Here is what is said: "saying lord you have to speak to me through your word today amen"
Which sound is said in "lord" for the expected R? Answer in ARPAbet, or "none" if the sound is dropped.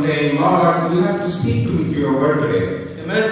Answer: L